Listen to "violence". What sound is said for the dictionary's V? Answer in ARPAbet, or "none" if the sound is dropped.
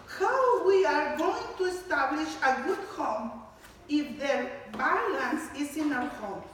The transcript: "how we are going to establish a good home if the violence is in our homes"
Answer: B